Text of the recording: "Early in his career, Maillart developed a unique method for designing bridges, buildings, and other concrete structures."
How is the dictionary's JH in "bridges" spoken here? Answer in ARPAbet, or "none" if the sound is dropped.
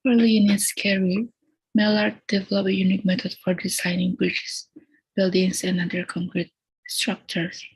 CH